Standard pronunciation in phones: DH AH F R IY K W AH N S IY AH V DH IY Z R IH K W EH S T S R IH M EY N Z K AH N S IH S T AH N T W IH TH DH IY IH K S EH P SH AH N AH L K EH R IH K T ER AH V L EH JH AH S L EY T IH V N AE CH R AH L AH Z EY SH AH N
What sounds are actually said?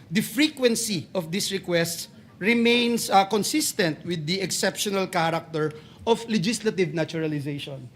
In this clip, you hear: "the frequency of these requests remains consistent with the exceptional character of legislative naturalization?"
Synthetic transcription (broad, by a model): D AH F R IY K W AH N S IY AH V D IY S R IH K W EH S T S R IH M EY N S K AH N S IH S T AH N T W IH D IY IH K S EH P SH AH N AH L K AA R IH K T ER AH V L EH JH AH S L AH T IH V N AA CH R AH L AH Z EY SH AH N